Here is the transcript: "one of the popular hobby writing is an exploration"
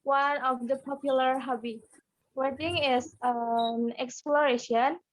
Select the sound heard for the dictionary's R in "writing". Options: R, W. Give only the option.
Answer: W